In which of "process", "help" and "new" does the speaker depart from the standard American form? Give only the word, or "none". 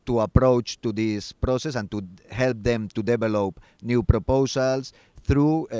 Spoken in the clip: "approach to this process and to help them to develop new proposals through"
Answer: none